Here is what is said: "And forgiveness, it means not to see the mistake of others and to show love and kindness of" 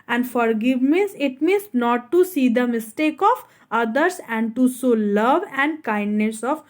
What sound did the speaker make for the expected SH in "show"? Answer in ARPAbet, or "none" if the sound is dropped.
S